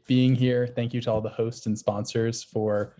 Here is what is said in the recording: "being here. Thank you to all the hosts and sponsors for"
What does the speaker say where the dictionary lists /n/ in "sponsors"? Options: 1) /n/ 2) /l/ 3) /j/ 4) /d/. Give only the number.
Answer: 1